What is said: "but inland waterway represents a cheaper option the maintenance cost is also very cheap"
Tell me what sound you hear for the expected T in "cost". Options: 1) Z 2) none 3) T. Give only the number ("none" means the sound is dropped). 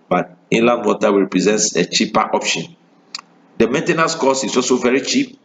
2